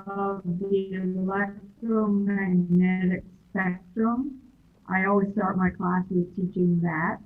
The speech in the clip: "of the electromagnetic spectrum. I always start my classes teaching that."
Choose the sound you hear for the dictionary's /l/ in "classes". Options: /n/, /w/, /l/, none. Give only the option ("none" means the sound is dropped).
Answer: /l/